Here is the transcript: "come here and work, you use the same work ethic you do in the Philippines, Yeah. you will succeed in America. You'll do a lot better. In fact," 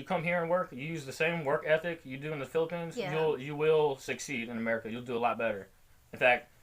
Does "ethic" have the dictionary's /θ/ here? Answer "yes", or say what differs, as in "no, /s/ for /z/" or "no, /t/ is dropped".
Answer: yes